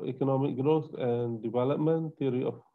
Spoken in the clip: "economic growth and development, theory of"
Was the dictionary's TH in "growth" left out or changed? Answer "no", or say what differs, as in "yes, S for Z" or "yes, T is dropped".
yes, S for TH